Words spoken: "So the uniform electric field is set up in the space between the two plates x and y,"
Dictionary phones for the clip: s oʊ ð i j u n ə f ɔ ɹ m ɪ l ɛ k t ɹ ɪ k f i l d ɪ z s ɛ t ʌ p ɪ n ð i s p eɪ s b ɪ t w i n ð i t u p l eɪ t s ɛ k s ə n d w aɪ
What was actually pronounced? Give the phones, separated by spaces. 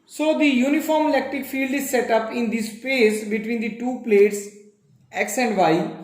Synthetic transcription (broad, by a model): s oʊ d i j u n ə f ɔ ɹ m ɪ l ɛ k t ɹ ɪ k f i l d ɪ z s ɛ t ʌ p ɪ n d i s p eɪ s b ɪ t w i n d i t u p l eɪ t s ɛ k s ə n d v aɪ